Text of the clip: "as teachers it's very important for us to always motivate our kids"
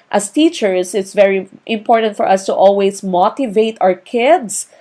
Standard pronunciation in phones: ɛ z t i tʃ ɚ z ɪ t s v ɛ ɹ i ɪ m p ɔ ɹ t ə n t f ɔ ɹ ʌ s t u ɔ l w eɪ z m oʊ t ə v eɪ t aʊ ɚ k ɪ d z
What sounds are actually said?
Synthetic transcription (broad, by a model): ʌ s t i tʃ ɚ s ɪ t s v ɛ ɹ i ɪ m p ɔ ɹ t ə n t f ɔ ɹ ʌ s t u ɔ l w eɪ s m oʊ t ə v eɪ t aʊ ɚ k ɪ d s